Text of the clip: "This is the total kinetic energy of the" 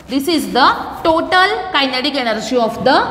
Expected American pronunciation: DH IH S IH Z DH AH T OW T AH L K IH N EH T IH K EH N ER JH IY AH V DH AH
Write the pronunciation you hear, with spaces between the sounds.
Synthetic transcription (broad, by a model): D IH S IH Z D AH T OW T AH L K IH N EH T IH K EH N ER SH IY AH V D AH